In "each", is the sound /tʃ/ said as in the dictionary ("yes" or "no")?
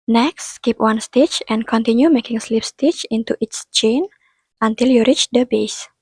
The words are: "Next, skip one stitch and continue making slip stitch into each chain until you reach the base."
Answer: no